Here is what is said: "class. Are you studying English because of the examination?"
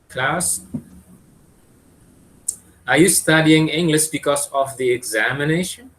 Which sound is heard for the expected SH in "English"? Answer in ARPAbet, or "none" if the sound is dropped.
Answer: S